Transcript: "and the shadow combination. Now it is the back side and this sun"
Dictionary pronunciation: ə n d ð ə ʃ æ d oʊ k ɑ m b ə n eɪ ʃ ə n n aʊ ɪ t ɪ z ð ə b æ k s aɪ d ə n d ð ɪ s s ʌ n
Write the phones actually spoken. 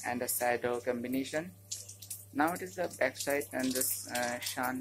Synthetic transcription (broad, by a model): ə n d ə s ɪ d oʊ k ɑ m b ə n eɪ ʃ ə n n aʊ ɪ t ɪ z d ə b æ k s aɪ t ə n d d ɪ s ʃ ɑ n